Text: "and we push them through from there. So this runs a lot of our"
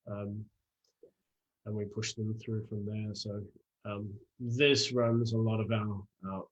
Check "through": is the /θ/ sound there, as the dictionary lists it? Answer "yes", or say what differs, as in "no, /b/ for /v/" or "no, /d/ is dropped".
yes